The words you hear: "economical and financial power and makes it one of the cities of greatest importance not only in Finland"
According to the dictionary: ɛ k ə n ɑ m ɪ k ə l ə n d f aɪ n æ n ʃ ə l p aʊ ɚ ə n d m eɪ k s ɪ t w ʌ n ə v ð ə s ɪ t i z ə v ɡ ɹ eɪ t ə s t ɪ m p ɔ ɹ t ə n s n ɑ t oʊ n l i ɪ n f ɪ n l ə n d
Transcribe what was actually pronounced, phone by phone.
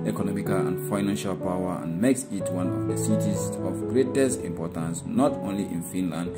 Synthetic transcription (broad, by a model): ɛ k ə n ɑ m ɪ k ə l ə n d f aɪ n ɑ n ʃ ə l p aʊ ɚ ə n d m eɪ k s ɪ t w ʌ n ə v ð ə s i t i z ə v ɡ ɹ eɪ t ə s t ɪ m p ɔ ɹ t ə n s n ɑ t oʊ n l i ɪ n f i n l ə n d